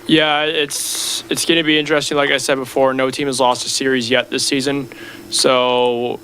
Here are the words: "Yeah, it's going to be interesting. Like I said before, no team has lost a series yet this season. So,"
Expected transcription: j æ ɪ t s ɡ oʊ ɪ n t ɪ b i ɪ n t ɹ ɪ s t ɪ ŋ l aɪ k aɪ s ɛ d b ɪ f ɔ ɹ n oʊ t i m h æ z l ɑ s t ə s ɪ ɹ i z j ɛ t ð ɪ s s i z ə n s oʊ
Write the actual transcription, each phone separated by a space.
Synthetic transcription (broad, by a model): j æ ɪ t s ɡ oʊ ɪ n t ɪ b i ɪ n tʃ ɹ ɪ s t ɪ ŋ l aɪ k aɪ s ɛ d b ɪ f ɔ ɹ n oʊ t i m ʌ z l ɑ s t ə s ɪ ɹ i z j ɛ t ð ɪ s s i z ə n s oʊ